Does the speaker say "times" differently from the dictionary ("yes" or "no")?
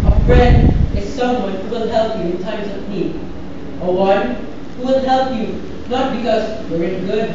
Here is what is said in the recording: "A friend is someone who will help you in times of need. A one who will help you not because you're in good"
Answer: yes